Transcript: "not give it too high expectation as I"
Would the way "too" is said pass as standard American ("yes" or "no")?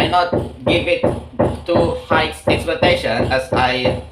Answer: yes